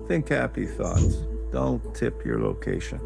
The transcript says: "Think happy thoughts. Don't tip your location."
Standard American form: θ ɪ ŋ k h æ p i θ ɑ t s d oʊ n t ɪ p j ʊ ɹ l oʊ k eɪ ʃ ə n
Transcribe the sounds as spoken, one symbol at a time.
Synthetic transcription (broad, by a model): θ ɪ ŋ k h æ p i θ ɑ t s d oʊ n t ɪ p j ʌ ɹ l oʊ k eɪ ʃ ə n